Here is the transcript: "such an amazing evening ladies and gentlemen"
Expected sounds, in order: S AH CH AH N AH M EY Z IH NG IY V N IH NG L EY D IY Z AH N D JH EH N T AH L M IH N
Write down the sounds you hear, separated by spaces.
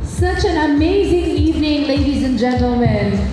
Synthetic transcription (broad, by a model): S AH CH AH N AH M EY Z IH NG IY V N IH NG L EY D IY Z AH N JH EH N T L M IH N